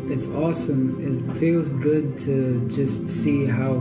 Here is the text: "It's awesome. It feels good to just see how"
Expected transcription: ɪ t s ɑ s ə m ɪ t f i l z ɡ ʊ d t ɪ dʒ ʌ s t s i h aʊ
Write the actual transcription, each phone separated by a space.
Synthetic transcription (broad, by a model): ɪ t s ɑ s ə m ɪ t f i l z ɡ ʊ d t ɪ dʒ ʌ s t s i h aʊ